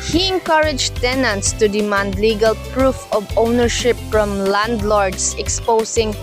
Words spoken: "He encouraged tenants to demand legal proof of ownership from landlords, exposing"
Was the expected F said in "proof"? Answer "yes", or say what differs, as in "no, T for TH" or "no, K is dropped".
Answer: yes